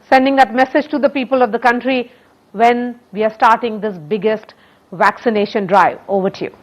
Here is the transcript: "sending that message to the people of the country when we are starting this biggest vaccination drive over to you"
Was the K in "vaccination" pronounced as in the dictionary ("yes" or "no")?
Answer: yes